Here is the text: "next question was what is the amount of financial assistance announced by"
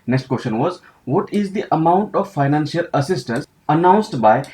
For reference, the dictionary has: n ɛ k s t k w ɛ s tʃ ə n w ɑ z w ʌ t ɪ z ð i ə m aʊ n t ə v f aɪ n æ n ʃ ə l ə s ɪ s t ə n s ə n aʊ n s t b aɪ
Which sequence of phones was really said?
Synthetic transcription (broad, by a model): n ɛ k s t k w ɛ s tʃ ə n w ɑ z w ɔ t ɪ z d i ə m aʊ n t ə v f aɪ n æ n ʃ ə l ə s ɪ s t ə n s ə n aʊ n s t b aɪ